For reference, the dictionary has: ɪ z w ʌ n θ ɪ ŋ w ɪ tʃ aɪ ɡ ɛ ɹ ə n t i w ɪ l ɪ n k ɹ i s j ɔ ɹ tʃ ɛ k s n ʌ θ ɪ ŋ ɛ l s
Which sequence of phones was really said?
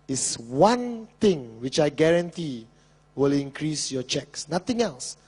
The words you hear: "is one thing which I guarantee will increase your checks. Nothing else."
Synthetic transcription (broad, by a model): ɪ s w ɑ n t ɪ ŋ w ɪ tʃ aɪ ɡ ɛ ɹ ə n t i w ɪ l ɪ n k ɹ i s j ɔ tʃ ɛ k s n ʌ t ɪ ŋ ɛ l s